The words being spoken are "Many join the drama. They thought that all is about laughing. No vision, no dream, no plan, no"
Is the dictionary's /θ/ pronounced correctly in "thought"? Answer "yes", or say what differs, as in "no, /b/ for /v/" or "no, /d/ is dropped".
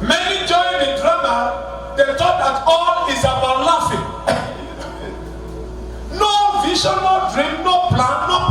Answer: no, /t/ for /θ/